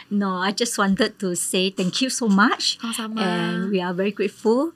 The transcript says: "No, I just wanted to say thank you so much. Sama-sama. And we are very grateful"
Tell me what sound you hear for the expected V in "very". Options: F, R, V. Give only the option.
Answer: V